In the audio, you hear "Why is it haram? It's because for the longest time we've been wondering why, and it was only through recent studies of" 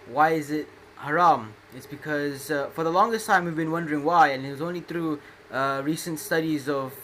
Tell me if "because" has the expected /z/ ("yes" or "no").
yes